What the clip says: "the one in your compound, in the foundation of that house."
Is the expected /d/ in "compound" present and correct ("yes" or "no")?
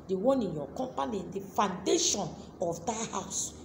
no